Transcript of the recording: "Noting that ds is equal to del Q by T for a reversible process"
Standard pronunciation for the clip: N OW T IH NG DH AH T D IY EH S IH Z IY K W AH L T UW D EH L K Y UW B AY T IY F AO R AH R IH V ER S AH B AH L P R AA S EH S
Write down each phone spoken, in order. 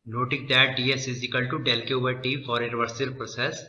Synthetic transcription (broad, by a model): N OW T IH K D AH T D IY EH S IH Z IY K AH L T UW D EH L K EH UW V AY T IY F AO R AH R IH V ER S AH AH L P R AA S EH S